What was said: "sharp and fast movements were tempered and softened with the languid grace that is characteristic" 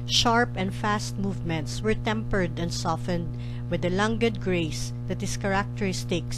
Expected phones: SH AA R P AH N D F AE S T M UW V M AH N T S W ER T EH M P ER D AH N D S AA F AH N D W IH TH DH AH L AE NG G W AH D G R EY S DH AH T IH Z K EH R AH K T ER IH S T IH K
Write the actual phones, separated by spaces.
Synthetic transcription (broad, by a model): SH AA R P AH N D F AE S T M UW V M AH N T S W ER T EH M P ER D AH N D S AA F AH N D W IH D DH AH L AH NG G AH D G R EY S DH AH T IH S K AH R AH K T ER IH S T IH K